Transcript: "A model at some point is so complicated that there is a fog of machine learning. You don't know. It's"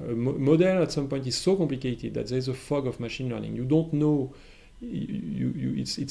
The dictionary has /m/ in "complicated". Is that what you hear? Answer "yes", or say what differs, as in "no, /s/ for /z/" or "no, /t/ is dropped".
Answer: yes